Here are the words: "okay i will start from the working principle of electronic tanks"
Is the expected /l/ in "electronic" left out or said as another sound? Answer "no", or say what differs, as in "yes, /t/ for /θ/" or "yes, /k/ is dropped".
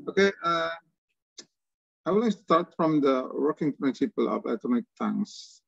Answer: yes, /l/ is dropped